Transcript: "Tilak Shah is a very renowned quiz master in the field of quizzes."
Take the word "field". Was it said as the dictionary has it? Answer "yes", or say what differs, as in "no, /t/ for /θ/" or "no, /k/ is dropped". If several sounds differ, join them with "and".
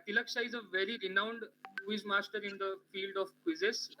yes